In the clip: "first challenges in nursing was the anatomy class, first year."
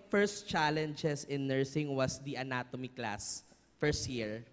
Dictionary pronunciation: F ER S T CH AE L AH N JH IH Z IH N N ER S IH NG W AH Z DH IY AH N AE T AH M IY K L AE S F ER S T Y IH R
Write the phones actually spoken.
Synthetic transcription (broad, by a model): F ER S T CH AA L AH N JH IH S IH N N ER S IH NG W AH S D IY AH N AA T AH M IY K L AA S F ER S T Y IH R